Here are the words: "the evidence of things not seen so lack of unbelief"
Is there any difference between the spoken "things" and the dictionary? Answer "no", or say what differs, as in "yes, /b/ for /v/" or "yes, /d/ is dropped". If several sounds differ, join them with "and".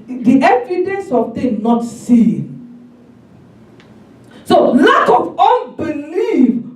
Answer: yes, /t/ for /θ/ and /z/ is dropped